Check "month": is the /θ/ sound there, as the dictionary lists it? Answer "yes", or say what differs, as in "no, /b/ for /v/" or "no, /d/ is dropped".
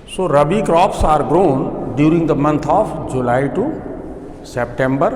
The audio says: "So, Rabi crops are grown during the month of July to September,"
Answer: no, /t/ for /θ/